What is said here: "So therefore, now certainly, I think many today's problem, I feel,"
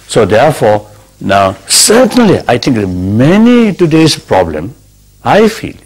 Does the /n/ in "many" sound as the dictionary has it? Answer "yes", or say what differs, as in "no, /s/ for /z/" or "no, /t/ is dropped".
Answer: yes